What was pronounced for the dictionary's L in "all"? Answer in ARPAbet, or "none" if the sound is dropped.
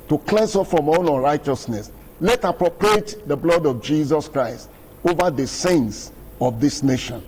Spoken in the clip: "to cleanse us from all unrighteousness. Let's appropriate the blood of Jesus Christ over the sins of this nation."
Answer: N